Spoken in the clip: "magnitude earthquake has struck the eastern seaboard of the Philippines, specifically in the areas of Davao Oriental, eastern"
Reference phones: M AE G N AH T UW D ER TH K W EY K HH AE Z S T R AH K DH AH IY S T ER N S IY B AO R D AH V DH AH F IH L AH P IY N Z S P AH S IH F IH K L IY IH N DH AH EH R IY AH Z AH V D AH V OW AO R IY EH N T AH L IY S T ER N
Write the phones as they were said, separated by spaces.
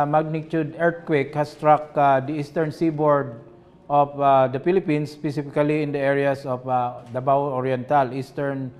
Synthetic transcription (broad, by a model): M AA G N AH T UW D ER T K W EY K HH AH S T R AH K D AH IY S T ER N S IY B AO R D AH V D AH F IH L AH P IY N S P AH S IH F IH K L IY IH N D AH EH R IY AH S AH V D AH B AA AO R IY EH N T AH L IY S T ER N